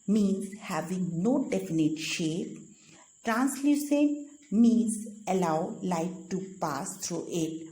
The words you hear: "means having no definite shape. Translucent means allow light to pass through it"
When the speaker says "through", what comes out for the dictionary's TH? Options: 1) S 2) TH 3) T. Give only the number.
3